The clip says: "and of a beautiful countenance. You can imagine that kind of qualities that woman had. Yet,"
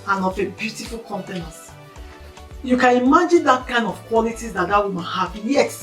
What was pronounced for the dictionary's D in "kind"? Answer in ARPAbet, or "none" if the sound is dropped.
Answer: D